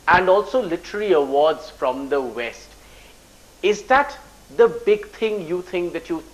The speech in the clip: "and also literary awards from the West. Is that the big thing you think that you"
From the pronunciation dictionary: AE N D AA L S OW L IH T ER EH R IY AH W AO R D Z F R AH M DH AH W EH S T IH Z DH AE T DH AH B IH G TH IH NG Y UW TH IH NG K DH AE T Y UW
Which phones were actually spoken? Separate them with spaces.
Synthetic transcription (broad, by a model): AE N D AA L S OW L IH T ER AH L IY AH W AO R D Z F R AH M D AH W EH S T IH Z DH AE T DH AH B IH G T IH NG Y UW T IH NG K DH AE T Y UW